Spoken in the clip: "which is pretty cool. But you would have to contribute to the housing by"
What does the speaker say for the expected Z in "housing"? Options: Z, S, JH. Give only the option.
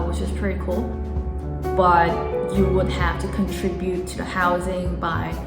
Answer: Z